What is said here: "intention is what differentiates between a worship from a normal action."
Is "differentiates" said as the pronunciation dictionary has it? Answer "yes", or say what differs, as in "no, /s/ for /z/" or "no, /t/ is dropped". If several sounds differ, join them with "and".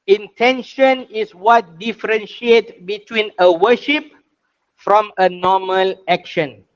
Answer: no, /s/ is dropped